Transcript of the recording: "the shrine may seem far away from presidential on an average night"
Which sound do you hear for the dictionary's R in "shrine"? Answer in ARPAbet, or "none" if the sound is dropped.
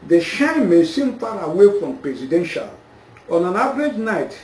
none